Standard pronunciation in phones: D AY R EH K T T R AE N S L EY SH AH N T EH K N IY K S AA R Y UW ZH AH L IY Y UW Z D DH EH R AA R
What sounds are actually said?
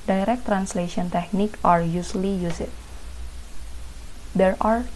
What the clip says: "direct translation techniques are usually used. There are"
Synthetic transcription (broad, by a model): D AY R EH K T T R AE N S L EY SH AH N T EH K N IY K AA R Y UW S L IY Y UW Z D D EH R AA R